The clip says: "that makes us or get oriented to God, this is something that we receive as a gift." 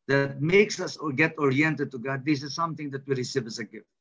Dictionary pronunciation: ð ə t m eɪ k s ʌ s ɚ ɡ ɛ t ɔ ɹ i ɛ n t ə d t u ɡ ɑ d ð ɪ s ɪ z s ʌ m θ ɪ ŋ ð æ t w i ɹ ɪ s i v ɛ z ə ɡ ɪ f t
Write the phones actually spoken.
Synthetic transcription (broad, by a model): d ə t m eɪ k s ʌ s ɡ ɛ t ɔ ɹ i ɛ n t ə d t u ɡ ɑ d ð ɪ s ɪ z s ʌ m t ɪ ŋ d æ t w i ɹ ɪ s i v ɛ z ə ɡ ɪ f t